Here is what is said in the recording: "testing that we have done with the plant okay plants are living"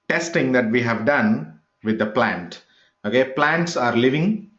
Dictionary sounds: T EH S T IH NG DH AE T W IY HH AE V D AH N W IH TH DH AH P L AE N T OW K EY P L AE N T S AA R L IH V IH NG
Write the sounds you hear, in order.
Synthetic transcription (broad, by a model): T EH S T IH NG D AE T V IY HH AE V D AH N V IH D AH P L AE N T OW K EY P L AE N T S AA R L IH V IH NG